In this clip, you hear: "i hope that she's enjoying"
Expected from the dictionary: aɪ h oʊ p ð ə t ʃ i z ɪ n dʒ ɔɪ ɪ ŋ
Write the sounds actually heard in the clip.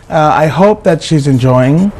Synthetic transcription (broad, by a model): aɪ h oʊ p ð ə t ʃ i z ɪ n dʒ ɔɪ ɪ ŋ